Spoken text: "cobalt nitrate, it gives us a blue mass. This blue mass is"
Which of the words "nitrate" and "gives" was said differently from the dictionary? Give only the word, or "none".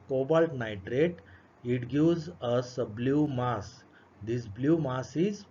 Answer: gives